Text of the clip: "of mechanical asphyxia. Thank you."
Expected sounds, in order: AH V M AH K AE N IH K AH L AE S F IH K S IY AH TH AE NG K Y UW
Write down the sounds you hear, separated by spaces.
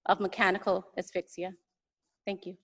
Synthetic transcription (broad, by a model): AH V M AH K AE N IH K L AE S F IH K S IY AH TH AE NG K Y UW